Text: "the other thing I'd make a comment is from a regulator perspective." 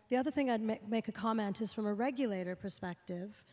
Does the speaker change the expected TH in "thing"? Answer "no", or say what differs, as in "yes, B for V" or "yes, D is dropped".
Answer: no